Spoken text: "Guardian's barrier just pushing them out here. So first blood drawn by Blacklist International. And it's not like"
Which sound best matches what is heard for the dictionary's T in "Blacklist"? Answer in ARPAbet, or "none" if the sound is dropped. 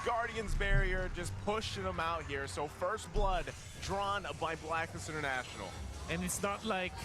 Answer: none